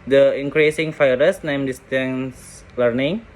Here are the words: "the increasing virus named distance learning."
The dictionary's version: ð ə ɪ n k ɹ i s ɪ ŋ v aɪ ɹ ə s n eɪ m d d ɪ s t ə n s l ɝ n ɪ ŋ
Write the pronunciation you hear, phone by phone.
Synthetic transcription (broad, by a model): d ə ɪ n k ɹ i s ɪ ŋ f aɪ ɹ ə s n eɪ m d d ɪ s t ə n s l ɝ n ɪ ŋ